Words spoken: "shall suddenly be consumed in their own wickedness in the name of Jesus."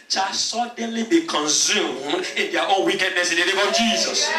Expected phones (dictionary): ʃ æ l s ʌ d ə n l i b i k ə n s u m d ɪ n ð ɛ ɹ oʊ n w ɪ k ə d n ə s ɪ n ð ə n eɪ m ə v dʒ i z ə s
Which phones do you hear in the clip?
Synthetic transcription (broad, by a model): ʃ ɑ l s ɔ d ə n l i b i k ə n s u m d ɪ n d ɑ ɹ oʊ n w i k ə d n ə s ɪ n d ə l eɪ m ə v dʒ i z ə s